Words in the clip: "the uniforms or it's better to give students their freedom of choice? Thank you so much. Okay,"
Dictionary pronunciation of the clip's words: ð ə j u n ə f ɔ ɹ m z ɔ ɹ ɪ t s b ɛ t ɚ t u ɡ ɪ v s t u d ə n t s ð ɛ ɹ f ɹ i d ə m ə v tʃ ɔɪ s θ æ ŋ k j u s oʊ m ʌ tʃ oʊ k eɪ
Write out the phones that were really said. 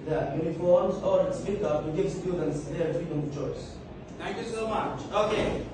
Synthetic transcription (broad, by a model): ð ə j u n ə f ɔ ɹ m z ɔ ɹ ɪ t s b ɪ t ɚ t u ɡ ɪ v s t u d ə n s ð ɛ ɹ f ɹ i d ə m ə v tʃ ɔɪ s t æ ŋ k j u s oʊ m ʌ tʃ oʊ k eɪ